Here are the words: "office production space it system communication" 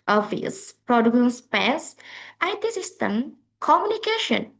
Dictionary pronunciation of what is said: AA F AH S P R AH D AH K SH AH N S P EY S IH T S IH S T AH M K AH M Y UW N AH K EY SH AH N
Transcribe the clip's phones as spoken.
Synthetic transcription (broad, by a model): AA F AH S P R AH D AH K AH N S P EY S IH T S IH S T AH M K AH M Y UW N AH K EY SH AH N